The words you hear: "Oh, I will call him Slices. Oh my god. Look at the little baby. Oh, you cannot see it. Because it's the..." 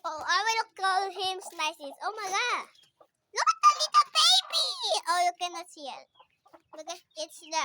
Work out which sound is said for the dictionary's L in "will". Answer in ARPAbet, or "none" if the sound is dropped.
N